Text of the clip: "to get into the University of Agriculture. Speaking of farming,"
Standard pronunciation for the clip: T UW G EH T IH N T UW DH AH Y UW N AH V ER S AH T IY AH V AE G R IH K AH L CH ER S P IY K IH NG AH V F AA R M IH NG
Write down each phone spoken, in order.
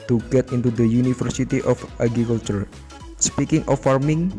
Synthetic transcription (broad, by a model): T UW G EH T IH N T UW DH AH Y UW N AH F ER S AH T IY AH F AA G R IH K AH L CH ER S P IY K IH NG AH F AA R M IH NG